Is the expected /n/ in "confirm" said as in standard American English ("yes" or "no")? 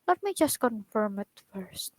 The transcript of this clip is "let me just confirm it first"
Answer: yes